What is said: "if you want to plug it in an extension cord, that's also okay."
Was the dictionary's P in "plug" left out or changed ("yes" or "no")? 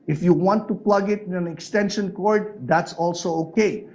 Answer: no